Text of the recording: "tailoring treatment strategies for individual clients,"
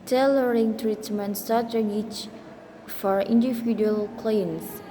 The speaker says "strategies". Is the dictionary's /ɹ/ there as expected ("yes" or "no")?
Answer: no